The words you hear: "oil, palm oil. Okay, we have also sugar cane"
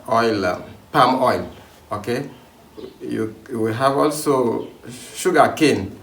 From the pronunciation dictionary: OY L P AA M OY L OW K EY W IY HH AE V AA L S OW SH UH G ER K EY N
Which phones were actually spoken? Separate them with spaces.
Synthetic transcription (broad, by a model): OY L P AA M OY L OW K EY W IY HH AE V AA L S OW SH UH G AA K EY N